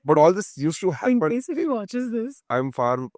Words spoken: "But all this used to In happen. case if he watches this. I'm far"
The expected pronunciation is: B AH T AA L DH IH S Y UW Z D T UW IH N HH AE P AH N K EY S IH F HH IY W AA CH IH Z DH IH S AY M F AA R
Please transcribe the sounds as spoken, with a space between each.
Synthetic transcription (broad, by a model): B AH T AA L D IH S Y UW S T UW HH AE AH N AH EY S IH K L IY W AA CH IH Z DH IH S AY M F AA R